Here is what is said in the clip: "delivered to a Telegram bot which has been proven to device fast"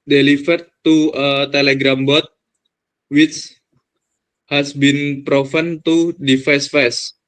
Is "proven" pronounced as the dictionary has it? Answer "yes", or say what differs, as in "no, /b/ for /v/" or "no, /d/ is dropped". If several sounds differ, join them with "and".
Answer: no, /f/ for /v/